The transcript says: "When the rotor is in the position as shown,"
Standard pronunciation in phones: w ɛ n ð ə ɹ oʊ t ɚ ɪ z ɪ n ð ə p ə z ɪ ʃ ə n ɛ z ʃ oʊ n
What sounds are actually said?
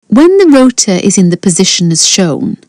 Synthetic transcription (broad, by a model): w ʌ n ð ə ɹ oʊ t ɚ ɪ z ɪ n ð ə p ə z ɪ ʃ ə n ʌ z ʃ oʊ n